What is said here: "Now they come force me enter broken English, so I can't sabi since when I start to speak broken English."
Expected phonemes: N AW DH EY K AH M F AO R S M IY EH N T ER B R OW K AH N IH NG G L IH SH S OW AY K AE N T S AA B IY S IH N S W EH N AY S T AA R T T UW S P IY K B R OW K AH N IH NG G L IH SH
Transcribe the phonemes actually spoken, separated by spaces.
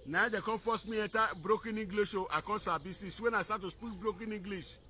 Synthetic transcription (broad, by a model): N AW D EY K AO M F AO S M IY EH T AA B R OW K AH N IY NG G L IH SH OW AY K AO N S AA B IY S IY S W EH N AY S T AA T T UW S P IY K B R OW K AH N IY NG G L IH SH